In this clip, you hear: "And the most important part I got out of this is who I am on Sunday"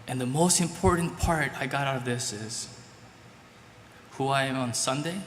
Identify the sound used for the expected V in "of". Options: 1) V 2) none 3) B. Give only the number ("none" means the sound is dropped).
1